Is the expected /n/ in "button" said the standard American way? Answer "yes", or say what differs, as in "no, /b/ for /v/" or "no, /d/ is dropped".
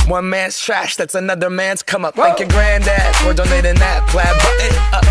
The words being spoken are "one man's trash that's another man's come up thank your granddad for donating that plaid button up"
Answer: no, /n/ is dropped